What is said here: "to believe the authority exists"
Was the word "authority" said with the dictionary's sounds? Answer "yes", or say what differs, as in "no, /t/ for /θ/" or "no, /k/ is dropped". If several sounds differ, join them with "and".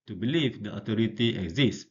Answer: no, /t/ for /θ/